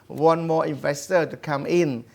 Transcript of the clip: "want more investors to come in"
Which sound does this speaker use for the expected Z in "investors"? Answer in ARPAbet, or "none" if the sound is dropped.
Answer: none